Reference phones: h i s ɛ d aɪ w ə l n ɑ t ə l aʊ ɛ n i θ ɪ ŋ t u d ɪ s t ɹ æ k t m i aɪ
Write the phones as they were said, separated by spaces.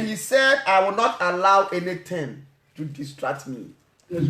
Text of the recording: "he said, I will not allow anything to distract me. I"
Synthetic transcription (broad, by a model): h i s ɛ d aɪ w ə l n ɑ t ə l aʊ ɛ n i t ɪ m t u d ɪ s t ɹ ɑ k t m i